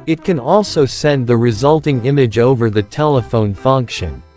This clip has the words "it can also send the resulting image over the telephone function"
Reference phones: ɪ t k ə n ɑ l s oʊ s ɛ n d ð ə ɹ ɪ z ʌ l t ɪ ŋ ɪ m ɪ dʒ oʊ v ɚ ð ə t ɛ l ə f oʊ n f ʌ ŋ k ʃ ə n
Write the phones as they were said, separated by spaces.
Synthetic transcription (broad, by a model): ɪ t k ə n ɑ l s oʊ s ɛ n ð ə ɹ ɪ z ʌ l t ɪ ŋ ɪ m ɪ dʒ oʊ v ɚ ð ə t ɛ l ə f oʊ n f ʌ ŋ k ʃ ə n